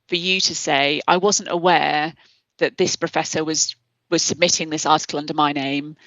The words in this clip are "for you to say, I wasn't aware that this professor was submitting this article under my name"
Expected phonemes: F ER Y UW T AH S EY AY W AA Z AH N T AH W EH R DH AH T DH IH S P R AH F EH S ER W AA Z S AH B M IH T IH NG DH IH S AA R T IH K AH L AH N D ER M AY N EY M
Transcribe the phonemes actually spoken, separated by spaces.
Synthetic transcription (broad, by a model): F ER Y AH T AH S EY AY W AA Z AH N T AH W EH DH AH T DH IH S P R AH F EH S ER W AA Z S AH B M IH T IH NG DH IH S AA T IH K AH L AH N D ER M AY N EY M